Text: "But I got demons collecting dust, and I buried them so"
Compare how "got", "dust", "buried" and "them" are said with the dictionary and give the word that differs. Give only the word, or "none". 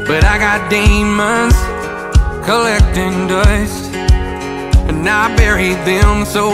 dust